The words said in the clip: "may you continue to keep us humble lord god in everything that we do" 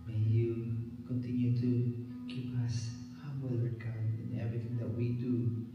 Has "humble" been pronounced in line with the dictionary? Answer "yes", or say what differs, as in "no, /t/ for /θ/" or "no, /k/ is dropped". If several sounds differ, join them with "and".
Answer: no, /b/ is dropped